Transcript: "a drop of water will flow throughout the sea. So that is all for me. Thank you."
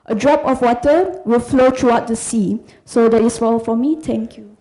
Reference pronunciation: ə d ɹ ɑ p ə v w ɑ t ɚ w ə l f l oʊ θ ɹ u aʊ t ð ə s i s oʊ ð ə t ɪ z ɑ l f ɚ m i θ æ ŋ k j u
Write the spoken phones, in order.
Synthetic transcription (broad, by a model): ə d ɹ ɑ p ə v w ɑ t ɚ w ə l f l oʊ t ɹ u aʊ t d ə s i s oʊ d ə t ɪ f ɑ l f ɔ m i t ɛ ŋ k j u